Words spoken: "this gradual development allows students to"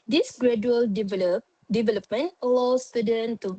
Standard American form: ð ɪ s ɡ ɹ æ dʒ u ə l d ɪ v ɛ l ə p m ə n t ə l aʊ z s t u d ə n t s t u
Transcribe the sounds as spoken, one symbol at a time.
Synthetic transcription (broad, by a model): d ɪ s ɡ ɹ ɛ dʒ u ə l d ɪ v ɛ l ə p m ə n t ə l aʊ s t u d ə n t t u